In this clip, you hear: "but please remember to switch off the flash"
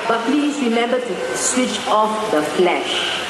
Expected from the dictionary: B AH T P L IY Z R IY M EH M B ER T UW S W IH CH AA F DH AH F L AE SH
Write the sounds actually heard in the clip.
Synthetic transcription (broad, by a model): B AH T P L IY S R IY M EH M B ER T UW S W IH CH AA F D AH F L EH SH